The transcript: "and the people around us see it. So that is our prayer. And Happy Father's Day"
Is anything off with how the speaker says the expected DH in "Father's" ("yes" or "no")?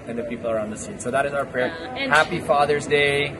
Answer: no